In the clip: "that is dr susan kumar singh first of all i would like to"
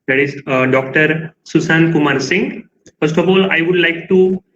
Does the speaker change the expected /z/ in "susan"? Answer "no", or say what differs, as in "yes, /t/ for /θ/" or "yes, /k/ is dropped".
yes, /s/ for /z/